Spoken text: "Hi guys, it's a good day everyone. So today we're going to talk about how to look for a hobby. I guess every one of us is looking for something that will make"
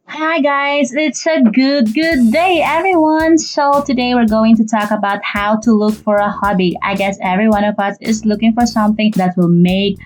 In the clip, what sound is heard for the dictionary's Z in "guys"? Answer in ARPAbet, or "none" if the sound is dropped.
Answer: Z